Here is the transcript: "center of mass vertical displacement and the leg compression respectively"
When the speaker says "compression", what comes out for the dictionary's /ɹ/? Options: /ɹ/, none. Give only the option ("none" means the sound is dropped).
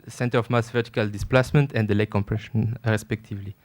/ɹ/